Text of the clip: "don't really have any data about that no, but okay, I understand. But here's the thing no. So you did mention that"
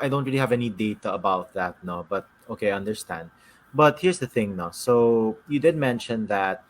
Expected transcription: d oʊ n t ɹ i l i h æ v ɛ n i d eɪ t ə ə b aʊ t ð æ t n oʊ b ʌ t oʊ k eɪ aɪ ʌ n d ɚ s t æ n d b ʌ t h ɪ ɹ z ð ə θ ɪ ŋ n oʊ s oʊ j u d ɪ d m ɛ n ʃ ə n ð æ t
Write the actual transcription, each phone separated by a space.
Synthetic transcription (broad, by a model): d oʊ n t ɹ i l i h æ v ɛ n i d eɪ t ə ə b aʊ t ð æ t n oʊ b ʌ t oʊ k eɪ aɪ ʌ n d ɚ s t æ n d b ʌ t h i ɹ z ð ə θ ɪ ŋ n oʊ s oʊ j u d ɪ d m ɛ n ʃ ə n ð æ t